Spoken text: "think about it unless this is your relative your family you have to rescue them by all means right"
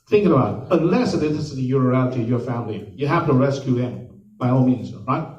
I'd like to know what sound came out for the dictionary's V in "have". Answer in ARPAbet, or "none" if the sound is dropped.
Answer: F